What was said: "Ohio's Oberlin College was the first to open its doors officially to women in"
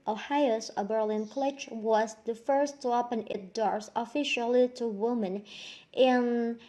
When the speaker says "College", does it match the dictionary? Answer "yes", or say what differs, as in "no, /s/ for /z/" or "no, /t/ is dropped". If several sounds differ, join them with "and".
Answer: no, /tʃ/ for /dʒ/